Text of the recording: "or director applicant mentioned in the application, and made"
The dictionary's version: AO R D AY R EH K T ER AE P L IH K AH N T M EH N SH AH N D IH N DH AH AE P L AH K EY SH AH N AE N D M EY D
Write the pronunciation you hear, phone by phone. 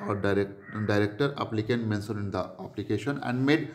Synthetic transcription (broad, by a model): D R D AY R EH K T ER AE P L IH K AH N M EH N S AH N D IH N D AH AE P L AH K EY SH AH N AE N D M EY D